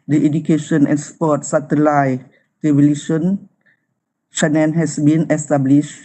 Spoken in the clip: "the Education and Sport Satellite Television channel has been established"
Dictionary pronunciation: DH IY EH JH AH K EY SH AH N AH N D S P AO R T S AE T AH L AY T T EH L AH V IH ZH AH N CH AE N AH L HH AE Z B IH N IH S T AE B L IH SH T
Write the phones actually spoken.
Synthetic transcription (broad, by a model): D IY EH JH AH K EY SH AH N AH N S P AO T S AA T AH L AY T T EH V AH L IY SH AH N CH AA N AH N HH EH S B IH N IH S T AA B L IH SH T